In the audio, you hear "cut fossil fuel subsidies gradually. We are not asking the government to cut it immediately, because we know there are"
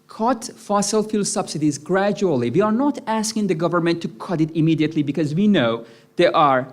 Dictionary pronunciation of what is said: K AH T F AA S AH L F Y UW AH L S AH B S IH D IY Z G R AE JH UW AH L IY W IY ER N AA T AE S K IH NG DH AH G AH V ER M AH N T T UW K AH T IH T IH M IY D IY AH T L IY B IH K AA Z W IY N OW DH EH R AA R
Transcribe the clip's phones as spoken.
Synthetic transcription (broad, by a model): K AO T F AA S AH L F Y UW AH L S AH B S IH D IY Z G R AE JH UW AH L IY W IY ER N AA T AE S K IH NG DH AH G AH V ER M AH N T T UW K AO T IH T IH M IY D IY AH T L IY B IH K AA Z W IY N OW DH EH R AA R